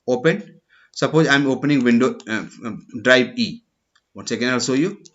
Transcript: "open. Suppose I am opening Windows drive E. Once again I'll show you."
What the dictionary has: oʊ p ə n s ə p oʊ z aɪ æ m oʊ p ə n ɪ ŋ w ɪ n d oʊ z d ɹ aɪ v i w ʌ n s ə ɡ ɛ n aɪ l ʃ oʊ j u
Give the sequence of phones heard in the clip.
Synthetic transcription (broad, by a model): oʊ p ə n s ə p oʊ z aɪ m oʊ p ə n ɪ ŋ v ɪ n d oʊ d ɹ aɪ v i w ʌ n s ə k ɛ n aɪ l s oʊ j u